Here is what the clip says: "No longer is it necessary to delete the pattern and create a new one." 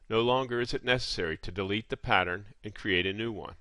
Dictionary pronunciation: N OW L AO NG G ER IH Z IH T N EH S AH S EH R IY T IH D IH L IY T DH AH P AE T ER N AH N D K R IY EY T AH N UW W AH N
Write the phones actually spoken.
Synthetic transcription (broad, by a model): N OW L AO NG G ER IH Z IH T N EH S AH S EH R IY T IH D IH L IY T DH AH P AE T ER N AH N K R IY EY T AH N UW W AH N